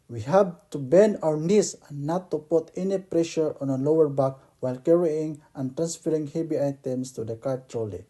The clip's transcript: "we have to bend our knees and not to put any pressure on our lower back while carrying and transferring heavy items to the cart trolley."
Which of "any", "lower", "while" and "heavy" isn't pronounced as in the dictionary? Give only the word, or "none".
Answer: heavy